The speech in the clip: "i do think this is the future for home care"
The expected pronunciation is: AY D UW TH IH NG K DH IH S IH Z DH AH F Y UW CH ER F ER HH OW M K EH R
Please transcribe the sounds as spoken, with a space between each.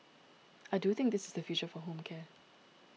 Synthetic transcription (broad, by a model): AY D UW TH IH NG K DH IH S IH Z DH AH F Y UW CH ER F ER HH OW M K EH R